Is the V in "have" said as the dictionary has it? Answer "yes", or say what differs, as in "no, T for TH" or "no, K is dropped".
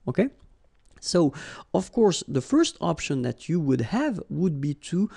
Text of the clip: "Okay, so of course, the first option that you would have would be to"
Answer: yes